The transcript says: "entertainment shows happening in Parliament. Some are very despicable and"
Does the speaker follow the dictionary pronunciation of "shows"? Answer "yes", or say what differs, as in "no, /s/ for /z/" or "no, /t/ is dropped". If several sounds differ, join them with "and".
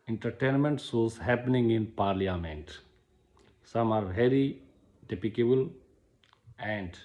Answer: no, /s/ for /ʃ/